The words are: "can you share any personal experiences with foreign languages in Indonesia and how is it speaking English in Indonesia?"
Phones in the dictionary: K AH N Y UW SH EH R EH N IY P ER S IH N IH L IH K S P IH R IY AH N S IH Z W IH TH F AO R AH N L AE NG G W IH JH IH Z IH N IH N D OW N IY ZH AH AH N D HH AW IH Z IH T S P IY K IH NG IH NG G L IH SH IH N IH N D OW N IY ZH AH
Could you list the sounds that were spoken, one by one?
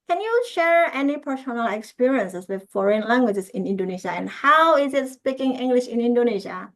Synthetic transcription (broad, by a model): K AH N Y UW SH EH R EH N IY P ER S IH N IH L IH K S P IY R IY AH N S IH S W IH F AO R AH N L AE NG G W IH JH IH S IH N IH N D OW N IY SH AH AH N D HH AW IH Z IH T S P IY K IH NG IH NG G L IH SH IH N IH N D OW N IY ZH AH